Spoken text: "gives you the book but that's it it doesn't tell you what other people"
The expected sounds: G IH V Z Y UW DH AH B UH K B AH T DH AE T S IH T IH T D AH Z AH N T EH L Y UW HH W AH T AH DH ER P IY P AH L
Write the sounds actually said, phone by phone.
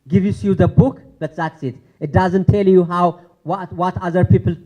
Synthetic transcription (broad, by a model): G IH V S Y UW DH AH B UH K B AH T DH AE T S IH T IH T D AH Z AH N T EH L Y UW HH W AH T AH DH ER P IY P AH L